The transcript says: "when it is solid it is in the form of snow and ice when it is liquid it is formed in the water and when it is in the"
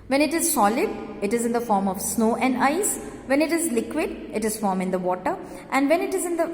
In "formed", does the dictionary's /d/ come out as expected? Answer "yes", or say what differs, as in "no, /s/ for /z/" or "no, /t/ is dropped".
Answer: no, /d/ is dropped